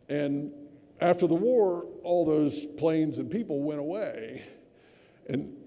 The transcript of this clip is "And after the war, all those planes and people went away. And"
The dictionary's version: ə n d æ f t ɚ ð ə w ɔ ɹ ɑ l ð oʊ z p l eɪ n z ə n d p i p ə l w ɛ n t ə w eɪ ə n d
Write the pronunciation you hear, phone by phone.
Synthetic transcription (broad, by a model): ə n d æ f t ɚ ð ə w ɔ ɹ ɑ l ð oʊ z p l eɪ n z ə n p i p l w ɛ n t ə w eɪ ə n